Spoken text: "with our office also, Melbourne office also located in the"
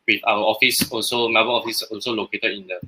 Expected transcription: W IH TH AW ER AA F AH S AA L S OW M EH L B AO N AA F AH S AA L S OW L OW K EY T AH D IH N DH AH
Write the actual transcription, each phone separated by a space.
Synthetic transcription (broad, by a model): W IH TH AW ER AA F AH S AA L S OW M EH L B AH L AA F AH S AA L S OW L OW K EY T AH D IH N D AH